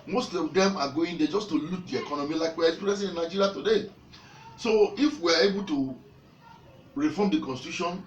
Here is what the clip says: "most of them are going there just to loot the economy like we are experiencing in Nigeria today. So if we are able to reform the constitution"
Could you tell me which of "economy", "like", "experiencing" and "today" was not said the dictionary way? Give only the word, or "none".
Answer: experiencing